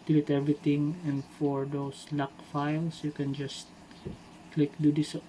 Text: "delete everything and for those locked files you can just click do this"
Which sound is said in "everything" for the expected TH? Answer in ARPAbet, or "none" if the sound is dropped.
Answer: T